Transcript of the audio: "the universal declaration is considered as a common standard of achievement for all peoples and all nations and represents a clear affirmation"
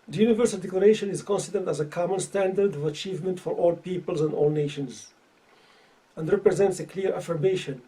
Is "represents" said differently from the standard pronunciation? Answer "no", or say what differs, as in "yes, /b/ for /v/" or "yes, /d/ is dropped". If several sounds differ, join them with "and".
no